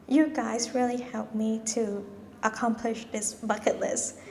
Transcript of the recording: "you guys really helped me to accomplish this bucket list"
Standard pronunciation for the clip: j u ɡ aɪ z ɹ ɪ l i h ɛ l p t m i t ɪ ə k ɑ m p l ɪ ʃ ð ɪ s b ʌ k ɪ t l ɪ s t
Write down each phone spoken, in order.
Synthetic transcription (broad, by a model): j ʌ ɡ aɪ z ɹ ɪ l i h ɛ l p m i t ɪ ə k ɑ m p l ɪ ʃ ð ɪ s b ʌ k ɪ t l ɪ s